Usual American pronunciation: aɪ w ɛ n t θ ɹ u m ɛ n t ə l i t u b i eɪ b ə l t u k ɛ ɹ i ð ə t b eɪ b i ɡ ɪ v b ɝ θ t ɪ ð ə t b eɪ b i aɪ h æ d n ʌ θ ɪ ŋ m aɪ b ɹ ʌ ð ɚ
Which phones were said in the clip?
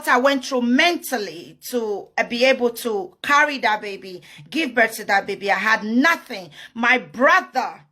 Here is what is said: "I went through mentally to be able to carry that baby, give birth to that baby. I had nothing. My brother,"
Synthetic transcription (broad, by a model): aɪ w ɛ n t ɹ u m ɛ n t ə l i t u b i eɪ b ə l t u k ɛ ɹ i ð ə t b eɪ b i ɡ ɪ v b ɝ t ɪ ð ə t b eɪ b i aɪ h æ d n ʌ θ ɪ ŋ m aɪ b ɹ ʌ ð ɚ